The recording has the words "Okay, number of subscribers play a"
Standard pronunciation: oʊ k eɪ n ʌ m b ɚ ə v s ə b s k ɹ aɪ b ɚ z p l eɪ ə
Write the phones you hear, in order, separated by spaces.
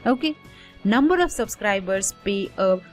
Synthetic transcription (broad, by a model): oʊ k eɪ n ʌ m b ɚ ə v s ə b s k ɹ aɪ b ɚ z p eɪ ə